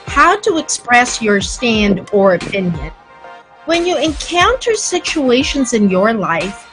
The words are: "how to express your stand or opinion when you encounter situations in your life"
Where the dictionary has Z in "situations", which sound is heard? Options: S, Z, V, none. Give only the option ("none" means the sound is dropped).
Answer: Z